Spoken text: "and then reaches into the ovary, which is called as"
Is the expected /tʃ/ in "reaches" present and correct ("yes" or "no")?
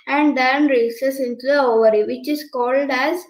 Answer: no